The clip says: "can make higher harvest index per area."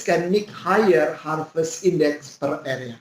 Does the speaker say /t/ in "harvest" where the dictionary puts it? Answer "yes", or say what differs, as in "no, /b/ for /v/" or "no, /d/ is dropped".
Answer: no, /t/ is dropped